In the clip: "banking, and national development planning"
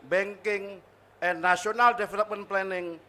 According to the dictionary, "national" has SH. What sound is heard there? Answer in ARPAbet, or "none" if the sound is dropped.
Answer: none